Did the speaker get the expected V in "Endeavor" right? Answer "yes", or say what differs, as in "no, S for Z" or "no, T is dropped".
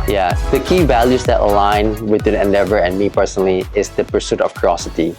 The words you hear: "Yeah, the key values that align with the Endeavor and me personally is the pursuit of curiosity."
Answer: yes